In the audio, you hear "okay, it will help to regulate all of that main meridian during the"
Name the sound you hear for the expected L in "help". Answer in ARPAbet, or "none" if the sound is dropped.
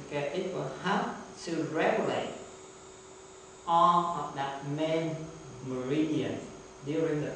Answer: none